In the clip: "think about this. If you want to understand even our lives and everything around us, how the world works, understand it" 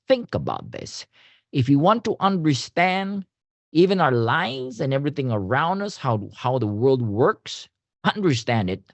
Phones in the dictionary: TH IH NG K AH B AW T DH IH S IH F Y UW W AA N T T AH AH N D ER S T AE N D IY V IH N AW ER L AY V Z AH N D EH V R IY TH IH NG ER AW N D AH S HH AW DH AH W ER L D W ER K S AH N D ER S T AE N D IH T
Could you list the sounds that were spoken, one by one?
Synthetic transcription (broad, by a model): TH IH NG K AH B AW T DH IH S IH F Y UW W AA N T T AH AH N D ER S T AE N D IY V IH N AW ER L AY V Z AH N EH V R IY TH IH NG ER AW N D AH S HH AW DH AH W ER L D W ER K S AH N D ER S T AE N D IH T